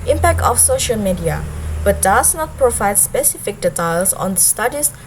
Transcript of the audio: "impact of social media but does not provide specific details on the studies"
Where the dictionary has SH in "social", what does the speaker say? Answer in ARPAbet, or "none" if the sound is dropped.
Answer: SH